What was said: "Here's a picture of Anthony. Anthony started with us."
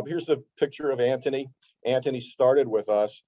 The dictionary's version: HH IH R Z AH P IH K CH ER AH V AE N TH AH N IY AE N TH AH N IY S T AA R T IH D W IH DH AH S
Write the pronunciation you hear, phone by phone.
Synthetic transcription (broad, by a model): HH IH R Z AH P IH K CH ER AH V AE N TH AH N IY AE N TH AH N IY S T AA R T IH D W IH DH AH S